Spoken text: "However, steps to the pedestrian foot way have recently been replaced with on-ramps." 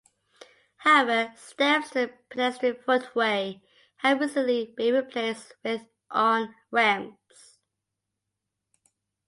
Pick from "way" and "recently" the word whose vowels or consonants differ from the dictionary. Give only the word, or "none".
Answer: recently